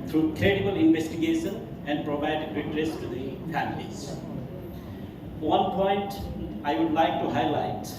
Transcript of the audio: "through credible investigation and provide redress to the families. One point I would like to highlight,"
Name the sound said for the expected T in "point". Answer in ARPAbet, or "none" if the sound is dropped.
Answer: T